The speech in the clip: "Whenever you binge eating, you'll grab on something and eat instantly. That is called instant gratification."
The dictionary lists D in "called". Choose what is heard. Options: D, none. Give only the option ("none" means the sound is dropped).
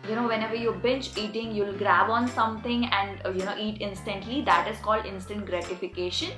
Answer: D